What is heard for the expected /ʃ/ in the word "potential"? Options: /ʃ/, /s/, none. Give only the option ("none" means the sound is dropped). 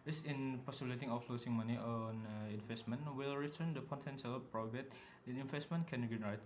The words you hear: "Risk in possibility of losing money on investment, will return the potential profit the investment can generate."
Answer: /s/